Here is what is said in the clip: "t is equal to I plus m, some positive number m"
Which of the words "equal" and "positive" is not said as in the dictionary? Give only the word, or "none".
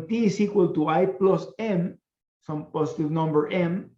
positive